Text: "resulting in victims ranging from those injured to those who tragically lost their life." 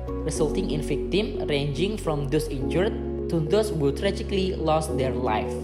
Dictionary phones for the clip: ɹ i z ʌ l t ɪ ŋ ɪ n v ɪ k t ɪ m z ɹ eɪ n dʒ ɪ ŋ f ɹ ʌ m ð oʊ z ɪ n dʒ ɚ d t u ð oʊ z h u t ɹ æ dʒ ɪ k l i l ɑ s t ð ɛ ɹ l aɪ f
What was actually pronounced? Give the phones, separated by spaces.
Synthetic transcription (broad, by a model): ɹ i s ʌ l t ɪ ŋ ɪ n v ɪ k t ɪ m ɹ eɪ n dʒ ɪ ŋ f ɹ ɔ m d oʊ s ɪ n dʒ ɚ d t u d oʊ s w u t ɹ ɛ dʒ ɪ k l i l ɑ s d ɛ ɹ l aɪ f